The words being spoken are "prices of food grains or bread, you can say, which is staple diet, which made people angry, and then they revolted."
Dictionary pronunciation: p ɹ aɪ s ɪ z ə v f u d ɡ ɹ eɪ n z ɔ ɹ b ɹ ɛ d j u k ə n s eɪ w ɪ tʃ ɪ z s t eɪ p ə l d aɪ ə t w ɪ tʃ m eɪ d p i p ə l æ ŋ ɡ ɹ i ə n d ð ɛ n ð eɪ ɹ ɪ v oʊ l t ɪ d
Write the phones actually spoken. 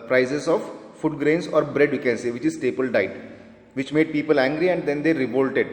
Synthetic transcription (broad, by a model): p ɹ aɪ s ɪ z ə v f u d ɡ ɹ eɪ n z ɔ ɹ b ɹ ɛ d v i k ə n s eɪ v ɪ tʃ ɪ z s t eɪ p ə l d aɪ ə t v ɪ tʃ m eɪ d p i p ə l æ ŋ ɡ ɹ i ə n d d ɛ n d eɪ ɹ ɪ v oʊ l t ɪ d